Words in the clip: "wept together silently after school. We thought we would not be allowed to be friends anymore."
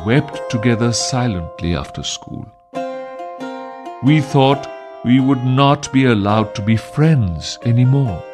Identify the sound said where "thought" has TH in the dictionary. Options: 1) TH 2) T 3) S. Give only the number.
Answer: 1